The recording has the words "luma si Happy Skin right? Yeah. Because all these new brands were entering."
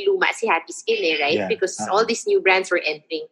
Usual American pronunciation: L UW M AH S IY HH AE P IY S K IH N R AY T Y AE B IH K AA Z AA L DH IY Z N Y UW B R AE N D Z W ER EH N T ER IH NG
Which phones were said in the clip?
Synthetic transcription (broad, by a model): L UW M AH S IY HH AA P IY S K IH L R AY T B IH K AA S AA L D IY S N Y UW B R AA N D S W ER EH N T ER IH NG